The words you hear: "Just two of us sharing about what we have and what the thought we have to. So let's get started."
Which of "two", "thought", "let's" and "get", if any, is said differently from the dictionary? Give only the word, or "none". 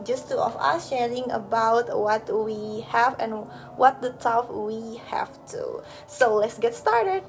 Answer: thought